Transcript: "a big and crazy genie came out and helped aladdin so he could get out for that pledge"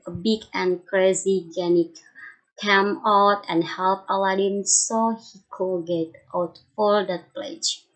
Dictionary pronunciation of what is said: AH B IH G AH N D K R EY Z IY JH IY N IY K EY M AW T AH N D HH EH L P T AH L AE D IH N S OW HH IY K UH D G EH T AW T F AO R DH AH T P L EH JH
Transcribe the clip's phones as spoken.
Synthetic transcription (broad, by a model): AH B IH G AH N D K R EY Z IY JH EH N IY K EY M AW T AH N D HH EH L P AH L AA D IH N S OW HH IY K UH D G EH T AW T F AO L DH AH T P L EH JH